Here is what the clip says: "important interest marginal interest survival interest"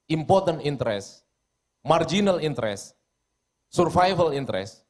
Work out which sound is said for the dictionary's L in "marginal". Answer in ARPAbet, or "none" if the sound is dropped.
L